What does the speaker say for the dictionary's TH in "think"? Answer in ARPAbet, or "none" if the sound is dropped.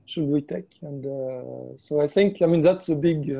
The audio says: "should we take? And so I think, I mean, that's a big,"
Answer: TH